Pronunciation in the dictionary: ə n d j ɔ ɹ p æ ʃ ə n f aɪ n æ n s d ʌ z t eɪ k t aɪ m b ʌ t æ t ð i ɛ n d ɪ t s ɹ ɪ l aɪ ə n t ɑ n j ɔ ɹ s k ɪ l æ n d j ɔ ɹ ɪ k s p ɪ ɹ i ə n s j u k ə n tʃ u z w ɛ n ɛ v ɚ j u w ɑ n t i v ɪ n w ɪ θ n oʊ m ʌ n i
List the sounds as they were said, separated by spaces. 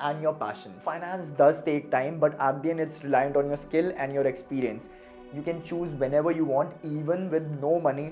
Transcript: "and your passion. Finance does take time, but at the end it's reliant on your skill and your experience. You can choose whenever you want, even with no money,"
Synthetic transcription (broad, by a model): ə n d j ɔ ɹ p æ ʃ ə n f aɪ n æ n s d ʌ z t eɪ k t aɪ m b ʌ t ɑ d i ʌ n ɪ t s ɹ ɪ l aɪ ə n t ɑ n j ɔ ɹ s k ɪ l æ n d j ɔ ɹ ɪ k s p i ɹ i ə n s j u k ə n tʃ u z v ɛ n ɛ v ɚ j u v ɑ n t i v ɪ n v ɪ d n oʊ m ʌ n i